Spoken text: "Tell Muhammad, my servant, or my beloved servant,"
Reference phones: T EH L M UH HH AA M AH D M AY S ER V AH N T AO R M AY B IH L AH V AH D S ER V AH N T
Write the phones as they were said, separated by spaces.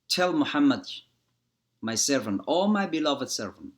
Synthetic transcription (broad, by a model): T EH L M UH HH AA M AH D M AY S ER V AH N T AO L M AY B IH L AH V AH D S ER V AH N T